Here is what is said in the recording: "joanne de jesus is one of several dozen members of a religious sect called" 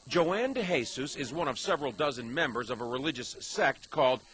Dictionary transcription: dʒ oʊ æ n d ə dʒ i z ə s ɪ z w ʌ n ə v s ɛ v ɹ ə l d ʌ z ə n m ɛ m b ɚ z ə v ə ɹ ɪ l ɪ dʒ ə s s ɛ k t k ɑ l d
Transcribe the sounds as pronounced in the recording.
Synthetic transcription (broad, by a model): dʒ oʊ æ n d ə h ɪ s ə s ɪ z w ʌ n ə v s ɛ v ɹ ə l d ʌ z ə n m ɛ m b ɚ z ə v ə ɹ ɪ l ɪ dʒ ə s s ɛ k t k ɑ l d